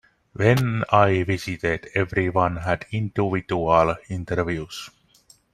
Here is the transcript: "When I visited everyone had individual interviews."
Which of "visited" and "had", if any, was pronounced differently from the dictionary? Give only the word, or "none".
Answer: visited